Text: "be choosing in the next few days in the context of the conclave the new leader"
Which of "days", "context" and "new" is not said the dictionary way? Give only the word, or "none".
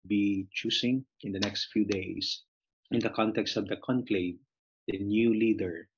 days